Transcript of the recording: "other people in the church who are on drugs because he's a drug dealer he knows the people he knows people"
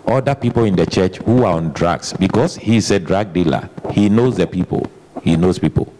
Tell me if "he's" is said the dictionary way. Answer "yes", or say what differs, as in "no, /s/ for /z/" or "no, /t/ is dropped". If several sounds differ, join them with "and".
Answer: no, /s/ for /z/